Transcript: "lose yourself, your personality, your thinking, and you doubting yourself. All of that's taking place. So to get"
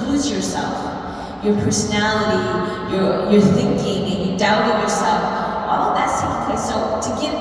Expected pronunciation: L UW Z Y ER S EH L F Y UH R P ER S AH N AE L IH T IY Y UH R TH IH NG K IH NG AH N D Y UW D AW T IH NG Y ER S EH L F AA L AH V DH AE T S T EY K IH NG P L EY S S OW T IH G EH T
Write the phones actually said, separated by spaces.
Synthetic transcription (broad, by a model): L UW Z Y ER S EH L F Y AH R P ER S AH N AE L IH T IY Y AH R TH IH NG K IH NG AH N Y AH D AW T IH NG Y ER S EH L F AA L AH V DH AE T S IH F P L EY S S OW T IH G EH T